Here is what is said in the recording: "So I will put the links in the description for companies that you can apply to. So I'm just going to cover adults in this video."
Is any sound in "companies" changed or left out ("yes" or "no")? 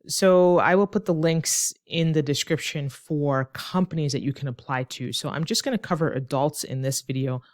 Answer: no